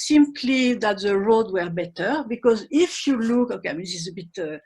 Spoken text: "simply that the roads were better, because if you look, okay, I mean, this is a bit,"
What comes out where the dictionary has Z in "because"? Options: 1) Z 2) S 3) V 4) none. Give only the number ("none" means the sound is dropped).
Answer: 1